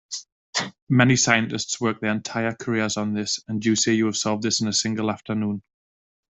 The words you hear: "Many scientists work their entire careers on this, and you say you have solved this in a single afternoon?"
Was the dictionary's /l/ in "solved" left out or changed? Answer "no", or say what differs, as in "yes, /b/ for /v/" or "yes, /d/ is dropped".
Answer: no